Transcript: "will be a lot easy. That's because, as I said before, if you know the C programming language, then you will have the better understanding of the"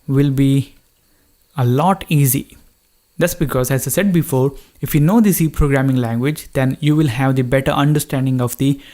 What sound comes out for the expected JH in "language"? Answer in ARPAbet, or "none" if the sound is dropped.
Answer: JH